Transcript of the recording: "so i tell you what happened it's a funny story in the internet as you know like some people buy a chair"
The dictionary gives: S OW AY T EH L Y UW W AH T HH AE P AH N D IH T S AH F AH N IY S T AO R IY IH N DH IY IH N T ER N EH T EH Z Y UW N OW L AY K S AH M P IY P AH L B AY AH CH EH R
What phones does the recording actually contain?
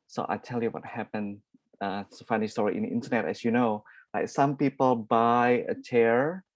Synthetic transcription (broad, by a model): S OW AY T EH L Y UW W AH T HH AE P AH N IH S AH F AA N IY S T AO R IY IH N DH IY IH N T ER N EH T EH S Y UW N OW L AY K S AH M P IY P AH L B AY AH CH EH R